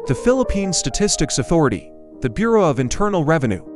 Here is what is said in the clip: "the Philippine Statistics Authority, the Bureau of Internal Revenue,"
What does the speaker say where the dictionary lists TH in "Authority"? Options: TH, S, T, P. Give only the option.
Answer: TH